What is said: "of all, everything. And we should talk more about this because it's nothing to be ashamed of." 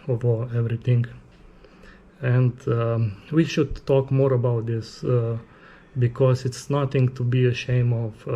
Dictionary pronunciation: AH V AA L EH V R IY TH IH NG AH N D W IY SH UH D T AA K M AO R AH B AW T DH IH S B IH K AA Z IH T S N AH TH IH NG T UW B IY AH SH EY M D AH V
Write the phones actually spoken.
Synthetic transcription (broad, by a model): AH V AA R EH V R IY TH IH NG AH N D W IY SH UH D T AA K M AO R AH B AW T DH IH S B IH K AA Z IH T S N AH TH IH NG T UW B IY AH SH EY M AH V